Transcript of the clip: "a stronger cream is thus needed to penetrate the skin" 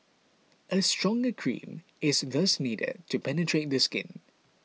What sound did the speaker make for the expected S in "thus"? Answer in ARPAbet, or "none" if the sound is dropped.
S